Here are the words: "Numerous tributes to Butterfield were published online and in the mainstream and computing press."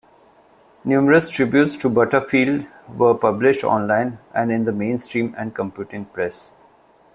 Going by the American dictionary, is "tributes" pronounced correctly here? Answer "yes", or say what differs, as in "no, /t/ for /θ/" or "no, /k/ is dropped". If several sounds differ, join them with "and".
yes